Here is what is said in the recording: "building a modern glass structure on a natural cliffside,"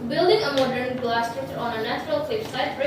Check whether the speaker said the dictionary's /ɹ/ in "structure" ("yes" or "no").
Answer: no